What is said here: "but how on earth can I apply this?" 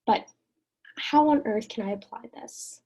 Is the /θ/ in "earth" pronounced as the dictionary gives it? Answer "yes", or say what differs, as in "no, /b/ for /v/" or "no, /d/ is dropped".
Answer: yes